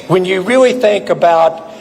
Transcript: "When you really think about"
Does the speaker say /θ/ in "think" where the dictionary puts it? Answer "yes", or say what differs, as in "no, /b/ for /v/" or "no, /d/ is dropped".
yes